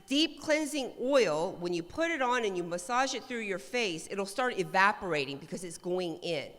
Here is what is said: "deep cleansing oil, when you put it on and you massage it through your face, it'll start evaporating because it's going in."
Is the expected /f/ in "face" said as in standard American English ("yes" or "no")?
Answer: yes